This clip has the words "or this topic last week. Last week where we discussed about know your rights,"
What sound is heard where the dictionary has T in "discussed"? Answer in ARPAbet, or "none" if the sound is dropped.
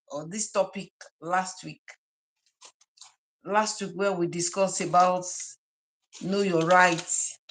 none